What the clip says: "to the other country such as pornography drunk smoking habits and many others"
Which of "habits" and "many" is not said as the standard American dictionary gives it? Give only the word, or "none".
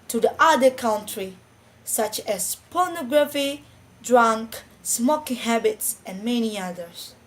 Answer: none